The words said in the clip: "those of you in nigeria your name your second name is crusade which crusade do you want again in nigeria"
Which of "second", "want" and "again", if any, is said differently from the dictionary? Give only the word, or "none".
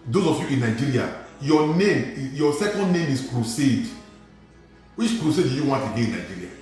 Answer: again